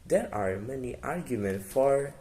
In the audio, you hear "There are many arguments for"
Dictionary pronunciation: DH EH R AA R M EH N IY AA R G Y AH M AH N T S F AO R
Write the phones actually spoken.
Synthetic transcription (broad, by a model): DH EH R AA R M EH N IY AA R G Y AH M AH N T F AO R